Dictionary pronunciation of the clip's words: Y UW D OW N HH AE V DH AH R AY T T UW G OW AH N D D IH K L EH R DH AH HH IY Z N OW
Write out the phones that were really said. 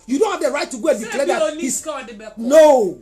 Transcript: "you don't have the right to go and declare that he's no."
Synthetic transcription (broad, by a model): Y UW D OW N HH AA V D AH R AY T T UW G OW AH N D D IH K L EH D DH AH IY S N OW